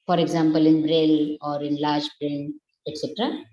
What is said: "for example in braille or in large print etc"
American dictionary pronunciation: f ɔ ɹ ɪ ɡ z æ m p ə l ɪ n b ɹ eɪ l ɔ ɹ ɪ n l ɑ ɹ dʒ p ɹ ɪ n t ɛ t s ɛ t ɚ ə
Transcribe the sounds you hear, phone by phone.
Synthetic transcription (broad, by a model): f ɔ ɹ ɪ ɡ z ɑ m p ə l ɪ n b ɹ eɪ l ɔ ɹ ɪ n l ɑ ɹ dʒ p ɹ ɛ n ɛ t s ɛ t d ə